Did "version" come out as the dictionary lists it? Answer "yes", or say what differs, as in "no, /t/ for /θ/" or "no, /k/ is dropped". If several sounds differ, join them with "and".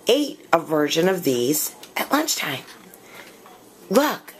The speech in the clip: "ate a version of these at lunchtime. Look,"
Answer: yes